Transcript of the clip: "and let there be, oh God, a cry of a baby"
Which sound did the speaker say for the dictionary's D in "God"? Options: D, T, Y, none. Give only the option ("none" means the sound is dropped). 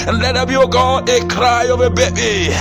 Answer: none